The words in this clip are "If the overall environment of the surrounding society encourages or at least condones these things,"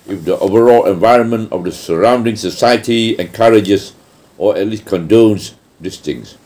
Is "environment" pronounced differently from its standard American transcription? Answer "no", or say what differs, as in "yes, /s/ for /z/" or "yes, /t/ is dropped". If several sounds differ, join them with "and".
no